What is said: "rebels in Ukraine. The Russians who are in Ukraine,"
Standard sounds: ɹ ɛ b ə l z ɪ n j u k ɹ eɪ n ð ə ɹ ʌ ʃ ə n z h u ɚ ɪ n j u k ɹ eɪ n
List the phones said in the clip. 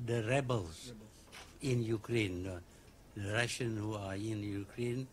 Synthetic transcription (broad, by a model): ɹ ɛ b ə l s ɪ n j u k ɹ eɪ n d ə ɹ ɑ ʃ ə n h u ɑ ɪ n j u k ɹ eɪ n